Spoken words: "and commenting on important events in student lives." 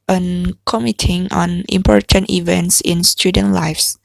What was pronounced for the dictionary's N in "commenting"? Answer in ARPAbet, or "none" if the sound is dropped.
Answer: none